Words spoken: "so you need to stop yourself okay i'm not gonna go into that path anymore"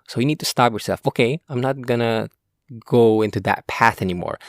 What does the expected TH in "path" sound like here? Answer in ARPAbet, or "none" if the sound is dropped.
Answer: TH